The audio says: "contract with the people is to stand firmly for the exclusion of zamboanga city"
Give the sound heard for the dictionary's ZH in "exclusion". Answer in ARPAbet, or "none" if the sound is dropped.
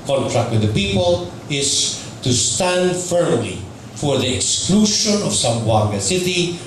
SH